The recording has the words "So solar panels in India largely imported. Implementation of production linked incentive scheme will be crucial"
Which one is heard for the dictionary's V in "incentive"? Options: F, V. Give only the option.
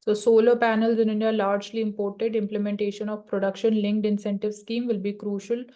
V